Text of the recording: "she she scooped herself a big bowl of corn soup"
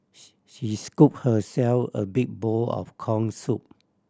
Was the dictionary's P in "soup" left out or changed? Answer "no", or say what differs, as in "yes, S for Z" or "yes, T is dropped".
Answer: no